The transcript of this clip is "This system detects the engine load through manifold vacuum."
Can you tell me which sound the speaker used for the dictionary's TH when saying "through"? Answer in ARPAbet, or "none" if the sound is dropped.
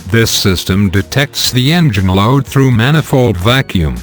TH